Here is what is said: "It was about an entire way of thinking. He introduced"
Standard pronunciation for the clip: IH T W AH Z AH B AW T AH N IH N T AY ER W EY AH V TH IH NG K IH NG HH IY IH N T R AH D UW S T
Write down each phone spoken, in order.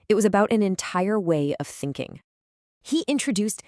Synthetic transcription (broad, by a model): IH T W AH Z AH B AW T AH N IH N T AY ER W EY AH V TH IH NG K IH NG HH IY IH N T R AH D UW S T